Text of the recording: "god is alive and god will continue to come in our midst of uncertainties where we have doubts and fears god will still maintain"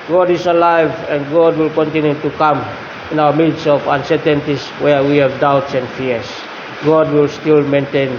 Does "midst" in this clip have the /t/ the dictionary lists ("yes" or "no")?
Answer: no